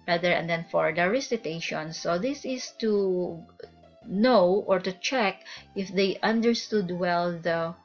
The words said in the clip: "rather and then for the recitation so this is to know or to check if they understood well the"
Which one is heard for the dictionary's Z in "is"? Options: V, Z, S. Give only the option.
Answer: S